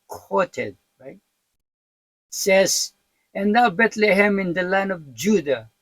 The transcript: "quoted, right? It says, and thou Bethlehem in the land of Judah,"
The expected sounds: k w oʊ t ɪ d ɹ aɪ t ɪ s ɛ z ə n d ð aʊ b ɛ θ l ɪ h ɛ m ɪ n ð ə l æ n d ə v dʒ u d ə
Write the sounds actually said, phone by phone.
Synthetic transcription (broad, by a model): k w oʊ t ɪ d ɹ aɪ t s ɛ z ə n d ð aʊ b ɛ t l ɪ h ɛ m ɪ n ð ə l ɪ n ə v dʒ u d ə